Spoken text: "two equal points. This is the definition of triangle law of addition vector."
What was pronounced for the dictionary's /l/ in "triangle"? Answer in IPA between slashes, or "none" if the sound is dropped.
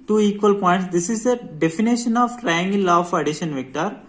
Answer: /n/